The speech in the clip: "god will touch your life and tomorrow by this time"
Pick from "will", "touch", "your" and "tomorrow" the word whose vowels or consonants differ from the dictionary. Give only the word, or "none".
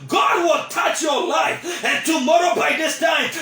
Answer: none